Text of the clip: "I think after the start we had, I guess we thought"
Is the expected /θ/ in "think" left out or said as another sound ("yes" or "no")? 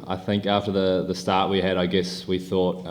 no